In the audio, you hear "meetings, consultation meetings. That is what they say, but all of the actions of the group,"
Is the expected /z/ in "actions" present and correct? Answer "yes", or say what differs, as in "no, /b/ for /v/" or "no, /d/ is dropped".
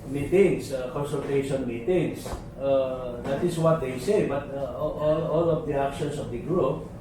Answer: no, /s/ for /z/